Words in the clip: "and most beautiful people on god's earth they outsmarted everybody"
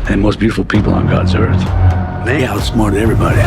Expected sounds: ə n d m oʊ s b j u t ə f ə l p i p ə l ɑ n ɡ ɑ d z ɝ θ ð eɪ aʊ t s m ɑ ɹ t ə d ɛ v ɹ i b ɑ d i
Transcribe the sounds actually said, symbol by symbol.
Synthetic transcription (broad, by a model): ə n m oʊ s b j u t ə f l p i p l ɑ n ɡ ɑ d z ɝ θ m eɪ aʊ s m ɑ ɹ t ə ɛ v ɹ i b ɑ d i